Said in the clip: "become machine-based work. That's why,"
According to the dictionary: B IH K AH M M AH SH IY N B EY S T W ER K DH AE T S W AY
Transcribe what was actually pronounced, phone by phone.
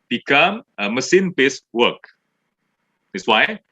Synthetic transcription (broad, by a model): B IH K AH M M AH S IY N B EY S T W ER K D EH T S W AY